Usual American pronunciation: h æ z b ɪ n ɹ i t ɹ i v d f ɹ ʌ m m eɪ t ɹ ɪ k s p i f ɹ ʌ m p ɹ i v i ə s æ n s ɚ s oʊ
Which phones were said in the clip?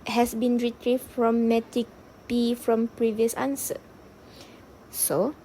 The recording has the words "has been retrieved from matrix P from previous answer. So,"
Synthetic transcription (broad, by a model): h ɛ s b ɪ n ɹ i t ɹ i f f ɹ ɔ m m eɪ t ɪ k p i f ɹ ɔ m p ɹ i v i ə s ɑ n s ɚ s oʊ